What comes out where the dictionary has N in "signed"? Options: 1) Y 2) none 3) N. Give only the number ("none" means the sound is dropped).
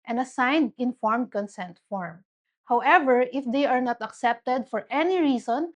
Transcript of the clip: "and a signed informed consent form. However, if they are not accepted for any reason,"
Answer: 3